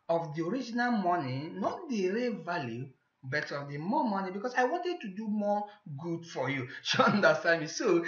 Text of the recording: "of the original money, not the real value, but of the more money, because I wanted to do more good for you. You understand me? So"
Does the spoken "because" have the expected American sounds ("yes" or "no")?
no